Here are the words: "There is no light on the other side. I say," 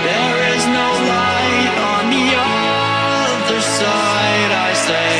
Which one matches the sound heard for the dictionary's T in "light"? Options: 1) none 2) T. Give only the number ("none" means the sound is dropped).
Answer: 1